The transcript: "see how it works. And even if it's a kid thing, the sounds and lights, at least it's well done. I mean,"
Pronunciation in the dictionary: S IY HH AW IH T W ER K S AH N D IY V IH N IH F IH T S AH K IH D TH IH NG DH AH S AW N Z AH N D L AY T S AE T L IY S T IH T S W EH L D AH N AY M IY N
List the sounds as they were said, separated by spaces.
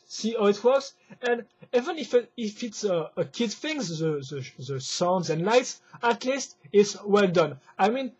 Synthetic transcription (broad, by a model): S IY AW IH T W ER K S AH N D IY V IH N IH F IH T S AH K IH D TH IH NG DH AH S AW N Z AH N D L AY T S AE T L IY S T IH T S W EH L D AH N AY M IY N